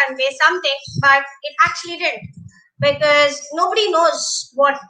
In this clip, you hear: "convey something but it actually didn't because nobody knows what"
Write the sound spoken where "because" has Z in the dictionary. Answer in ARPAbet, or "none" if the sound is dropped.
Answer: Z